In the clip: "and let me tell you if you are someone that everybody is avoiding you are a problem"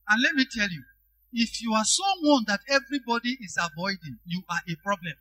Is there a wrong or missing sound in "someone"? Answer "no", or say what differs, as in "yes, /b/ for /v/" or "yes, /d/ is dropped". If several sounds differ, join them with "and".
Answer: yes, /m/ is dropped